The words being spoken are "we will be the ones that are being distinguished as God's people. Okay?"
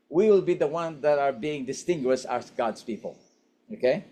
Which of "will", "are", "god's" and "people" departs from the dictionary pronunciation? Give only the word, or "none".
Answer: god's